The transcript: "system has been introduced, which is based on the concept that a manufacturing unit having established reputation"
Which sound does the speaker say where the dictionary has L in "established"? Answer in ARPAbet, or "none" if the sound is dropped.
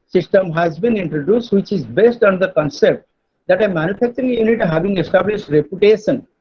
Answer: L